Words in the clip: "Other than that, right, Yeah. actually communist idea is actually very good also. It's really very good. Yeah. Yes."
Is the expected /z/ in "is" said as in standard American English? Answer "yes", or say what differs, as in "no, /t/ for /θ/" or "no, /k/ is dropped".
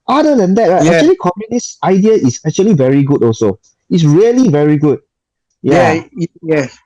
no, /s/ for /z/